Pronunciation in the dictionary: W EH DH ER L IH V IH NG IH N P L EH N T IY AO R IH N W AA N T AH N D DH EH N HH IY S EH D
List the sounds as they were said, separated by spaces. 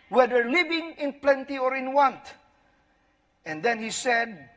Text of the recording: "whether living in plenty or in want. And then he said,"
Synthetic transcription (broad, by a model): W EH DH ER L IH V IH NG IH N P L EH N T IY AO R IH N W AA N T AH N D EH N HH IY S EH D